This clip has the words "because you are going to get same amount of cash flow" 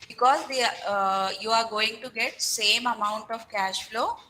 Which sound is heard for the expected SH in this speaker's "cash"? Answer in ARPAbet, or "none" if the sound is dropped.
SH